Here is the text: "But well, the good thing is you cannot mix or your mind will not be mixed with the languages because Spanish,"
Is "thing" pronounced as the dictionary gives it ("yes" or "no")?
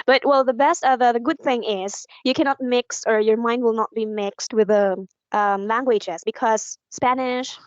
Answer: yes